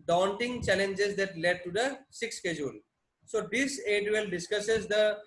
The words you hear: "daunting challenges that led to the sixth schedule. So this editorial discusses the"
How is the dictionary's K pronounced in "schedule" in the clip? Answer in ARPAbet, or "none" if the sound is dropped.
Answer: K